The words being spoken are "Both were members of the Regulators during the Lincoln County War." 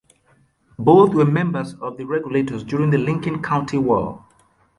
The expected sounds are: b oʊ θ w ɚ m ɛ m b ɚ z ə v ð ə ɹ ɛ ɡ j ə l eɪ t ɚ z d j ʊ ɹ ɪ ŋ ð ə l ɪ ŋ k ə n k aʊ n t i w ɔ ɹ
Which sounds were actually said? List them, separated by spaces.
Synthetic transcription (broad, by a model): b oʊ θ w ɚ m ɛ m b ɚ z ə v ð ə ɹ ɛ ɡ j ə l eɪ t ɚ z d j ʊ ɹ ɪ ŋ ð ə l ɪ ŋ k ə n k aʊ n t i w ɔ l